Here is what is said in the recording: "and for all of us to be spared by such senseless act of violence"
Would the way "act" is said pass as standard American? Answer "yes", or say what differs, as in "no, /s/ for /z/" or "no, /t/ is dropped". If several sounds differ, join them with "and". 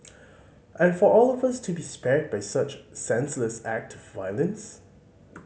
yes